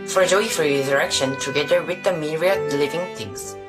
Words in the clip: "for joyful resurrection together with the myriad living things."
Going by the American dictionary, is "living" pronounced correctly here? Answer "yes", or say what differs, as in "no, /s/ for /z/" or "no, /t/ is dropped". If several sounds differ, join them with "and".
yes